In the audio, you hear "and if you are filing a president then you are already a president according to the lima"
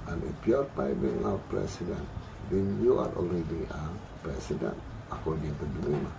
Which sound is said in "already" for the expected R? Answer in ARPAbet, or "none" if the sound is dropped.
L